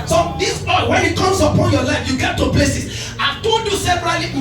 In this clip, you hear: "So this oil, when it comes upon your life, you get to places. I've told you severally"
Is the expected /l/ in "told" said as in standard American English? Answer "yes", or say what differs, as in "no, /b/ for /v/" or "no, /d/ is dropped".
no, /l/ is dropped